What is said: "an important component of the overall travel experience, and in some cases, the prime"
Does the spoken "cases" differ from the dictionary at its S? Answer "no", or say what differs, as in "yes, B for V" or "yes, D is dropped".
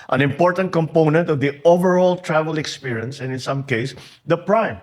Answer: yes, S is dropped